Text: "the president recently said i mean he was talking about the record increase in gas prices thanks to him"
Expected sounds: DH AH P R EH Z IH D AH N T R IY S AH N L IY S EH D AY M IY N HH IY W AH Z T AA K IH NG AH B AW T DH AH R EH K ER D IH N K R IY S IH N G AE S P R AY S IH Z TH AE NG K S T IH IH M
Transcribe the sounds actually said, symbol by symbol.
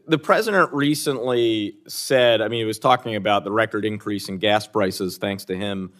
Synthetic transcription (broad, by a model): DH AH P R EH Z IH D AH N T R IY S AH N L IY S EH D AY M IY N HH IY W AH Z T AA K IH NG AH B AW T DH AH R EH K ER D IH N K R IY S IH N G AE S P R AY S IH Z TH AE NG K S T IH IH M